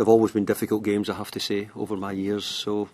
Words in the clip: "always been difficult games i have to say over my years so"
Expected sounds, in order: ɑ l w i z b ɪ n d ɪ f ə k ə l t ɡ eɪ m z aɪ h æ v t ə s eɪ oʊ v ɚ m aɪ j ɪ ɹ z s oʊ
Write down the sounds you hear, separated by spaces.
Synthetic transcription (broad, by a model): ɑ l w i z b ɪ n d ɪ f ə k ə l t ɡ eɪ m z aɪ h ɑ f t ə s eɪ oʊ v ɚ m aɪ j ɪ ɹ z s oʊ